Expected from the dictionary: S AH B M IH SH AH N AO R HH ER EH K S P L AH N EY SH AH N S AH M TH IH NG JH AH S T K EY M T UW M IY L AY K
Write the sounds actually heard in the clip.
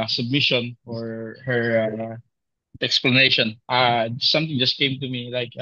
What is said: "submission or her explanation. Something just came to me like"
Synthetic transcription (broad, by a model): S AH B M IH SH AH N AO R HH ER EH K S P L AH N EY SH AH N S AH M T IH NG JH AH S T K EY M T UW M IY L AY K